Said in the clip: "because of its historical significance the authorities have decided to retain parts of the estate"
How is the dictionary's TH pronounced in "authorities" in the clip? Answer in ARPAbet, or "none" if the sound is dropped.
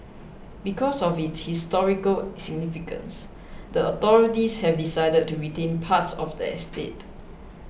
T